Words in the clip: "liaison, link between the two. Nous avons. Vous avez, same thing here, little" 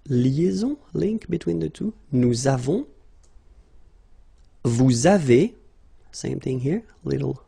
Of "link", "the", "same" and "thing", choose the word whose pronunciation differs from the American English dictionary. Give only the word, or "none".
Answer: none